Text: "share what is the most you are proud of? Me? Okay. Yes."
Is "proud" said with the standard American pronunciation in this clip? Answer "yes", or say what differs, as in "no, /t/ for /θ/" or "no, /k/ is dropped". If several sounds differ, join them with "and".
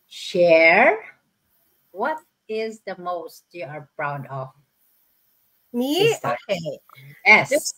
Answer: no, /b/ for /p/